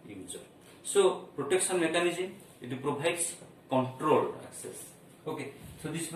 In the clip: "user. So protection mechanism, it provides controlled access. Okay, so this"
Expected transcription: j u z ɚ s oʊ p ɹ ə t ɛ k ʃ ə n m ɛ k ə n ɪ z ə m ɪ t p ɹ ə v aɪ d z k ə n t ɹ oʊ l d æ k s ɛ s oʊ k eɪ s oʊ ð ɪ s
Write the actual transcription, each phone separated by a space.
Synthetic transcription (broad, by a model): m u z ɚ s oʊ p ɹ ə t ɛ k s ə n m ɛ k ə n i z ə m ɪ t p ɹ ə b aɪ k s k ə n t ɹ oʊ l ɑ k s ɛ s oʊ k eɪ s oʊ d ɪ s